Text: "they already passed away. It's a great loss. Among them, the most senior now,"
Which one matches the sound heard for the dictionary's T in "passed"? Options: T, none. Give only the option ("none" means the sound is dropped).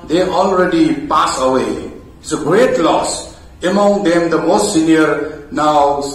none